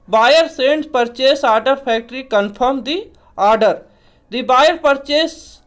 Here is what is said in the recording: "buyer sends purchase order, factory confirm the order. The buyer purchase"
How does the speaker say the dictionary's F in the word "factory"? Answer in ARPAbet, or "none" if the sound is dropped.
P